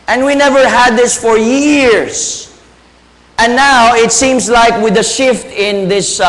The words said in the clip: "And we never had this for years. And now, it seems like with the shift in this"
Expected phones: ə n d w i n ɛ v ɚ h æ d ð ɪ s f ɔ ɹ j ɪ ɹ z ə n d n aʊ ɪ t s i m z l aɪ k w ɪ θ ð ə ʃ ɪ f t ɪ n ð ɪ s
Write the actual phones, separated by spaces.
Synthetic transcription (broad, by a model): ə n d w i n ɛ v ɚ h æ d ð ɪ s f ɔ ɹ j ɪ ɹ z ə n n aʊ ɪ t s i m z l aɪ k w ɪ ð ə ʃ ɪ f t ɪ n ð ɪ s